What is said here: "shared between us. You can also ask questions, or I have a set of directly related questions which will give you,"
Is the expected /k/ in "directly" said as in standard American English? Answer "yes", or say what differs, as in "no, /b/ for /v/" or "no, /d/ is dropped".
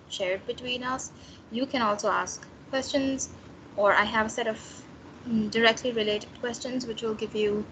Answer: yes